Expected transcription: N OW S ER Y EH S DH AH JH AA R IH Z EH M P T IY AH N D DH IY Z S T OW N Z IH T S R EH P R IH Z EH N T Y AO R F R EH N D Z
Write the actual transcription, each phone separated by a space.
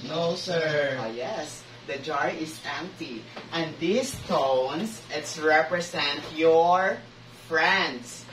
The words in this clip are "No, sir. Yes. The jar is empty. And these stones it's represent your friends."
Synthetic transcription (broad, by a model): N OW S ER Y EH S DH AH JH AA R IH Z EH M P T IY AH N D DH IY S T OW N S IH T S R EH P R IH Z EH N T Y AO R F R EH N D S